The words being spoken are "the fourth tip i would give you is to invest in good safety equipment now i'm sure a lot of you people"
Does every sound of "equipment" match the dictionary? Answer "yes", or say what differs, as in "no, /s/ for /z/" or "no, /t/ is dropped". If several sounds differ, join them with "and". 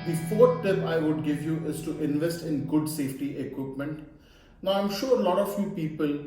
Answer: yes